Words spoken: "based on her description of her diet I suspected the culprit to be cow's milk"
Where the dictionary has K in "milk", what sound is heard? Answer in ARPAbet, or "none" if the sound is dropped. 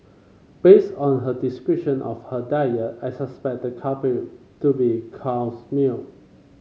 none